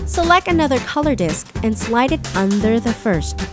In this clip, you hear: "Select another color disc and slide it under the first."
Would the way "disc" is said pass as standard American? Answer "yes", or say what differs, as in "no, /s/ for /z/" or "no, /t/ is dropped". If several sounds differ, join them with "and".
yes